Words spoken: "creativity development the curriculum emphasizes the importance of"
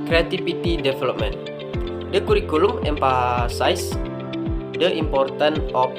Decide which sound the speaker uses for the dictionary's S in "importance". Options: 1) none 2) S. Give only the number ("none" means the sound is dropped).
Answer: 1